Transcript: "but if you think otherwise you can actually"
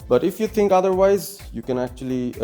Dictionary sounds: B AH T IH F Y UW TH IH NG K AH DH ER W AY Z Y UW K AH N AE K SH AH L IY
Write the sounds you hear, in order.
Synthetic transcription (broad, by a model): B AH T IH F Y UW TH IH NG K AH DH ER W AY Z Y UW K AH N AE K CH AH L IY